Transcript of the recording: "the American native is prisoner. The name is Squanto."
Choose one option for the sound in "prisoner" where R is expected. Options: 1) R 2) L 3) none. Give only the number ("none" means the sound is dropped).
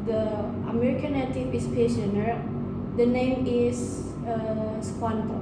3